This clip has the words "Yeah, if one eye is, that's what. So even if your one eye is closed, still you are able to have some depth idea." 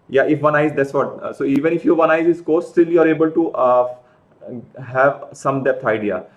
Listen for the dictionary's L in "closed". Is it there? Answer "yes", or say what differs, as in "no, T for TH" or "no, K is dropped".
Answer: no, L is dropped